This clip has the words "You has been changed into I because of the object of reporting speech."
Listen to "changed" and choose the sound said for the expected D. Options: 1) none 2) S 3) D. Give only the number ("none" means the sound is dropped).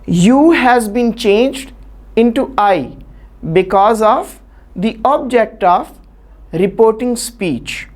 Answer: 3